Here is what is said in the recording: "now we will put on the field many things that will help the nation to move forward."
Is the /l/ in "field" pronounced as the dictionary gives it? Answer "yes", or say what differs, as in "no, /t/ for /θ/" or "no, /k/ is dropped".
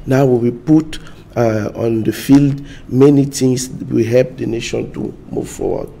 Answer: yes